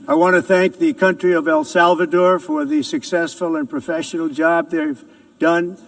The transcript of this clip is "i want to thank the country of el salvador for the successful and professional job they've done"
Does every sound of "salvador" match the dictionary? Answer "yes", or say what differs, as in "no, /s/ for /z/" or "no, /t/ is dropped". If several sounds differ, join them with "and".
yes